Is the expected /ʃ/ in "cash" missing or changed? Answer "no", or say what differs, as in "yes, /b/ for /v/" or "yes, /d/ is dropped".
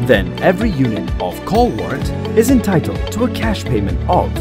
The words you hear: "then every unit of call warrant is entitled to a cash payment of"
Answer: no